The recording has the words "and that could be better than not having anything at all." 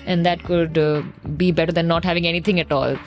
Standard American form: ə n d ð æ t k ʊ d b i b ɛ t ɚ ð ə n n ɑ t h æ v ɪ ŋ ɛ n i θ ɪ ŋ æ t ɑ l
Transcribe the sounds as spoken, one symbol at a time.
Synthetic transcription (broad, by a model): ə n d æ t k ʊ d b i b ɛ t ɚ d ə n n ɑ t h æ v ɪ ŋ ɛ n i t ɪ ŋ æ t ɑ l